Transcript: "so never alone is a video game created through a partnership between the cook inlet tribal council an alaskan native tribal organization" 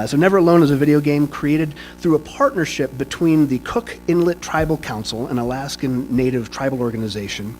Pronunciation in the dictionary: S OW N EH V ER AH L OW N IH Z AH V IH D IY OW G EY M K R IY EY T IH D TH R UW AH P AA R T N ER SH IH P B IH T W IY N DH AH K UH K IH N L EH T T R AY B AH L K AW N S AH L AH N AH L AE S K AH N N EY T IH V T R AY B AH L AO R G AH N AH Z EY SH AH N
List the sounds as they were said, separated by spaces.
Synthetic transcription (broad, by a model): S OW N EH V ER AH L OW N IH Z AH V IH D IY OW G EY M K R IY EY T IH D TH R UW AH P AA R T N ER SH IH P B IH T W IY N DH AH K UH K IH N L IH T T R AY B L K AW N S L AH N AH L AE S K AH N N EY T IH V T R AY B L AO R G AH N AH Z EY SH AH N